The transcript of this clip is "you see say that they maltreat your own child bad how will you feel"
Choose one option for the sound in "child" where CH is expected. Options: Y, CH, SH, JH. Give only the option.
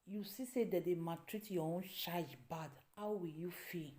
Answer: SH